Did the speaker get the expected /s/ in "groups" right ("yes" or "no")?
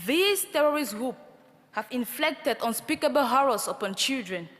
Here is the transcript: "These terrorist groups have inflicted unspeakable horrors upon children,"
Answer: no